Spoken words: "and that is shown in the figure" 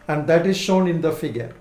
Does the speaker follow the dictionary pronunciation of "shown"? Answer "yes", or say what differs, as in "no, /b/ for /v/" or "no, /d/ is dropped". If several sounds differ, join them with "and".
yes